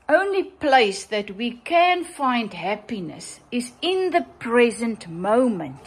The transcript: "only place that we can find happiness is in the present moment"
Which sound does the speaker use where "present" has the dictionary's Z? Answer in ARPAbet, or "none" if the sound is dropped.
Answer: Z